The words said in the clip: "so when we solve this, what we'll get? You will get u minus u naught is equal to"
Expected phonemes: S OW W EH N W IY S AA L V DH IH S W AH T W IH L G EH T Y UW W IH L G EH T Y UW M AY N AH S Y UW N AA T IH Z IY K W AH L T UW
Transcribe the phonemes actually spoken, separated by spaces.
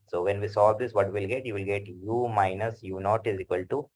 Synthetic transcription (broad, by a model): S OW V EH N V IY S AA V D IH S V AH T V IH L G EH T Y UW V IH L G EH T Y UW M AY N AH S Y UW N AA T IH Z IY K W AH L T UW